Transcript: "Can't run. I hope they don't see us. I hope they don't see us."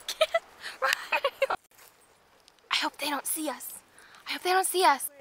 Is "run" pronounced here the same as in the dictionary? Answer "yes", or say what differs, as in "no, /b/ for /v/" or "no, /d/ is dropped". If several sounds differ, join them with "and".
no, /n/ is dropped